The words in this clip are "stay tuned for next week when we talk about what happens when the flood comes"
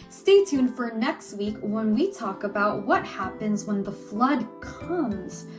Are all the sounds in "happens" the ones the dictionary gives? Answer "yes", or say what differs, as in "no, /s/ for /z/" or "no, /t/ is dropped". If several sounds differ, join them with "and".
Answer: yes